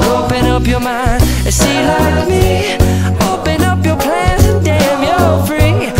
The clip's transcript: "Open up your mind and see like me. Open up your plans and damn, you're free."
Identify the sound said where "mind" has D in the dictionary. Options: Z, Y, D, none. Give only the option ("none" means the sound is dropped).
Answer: none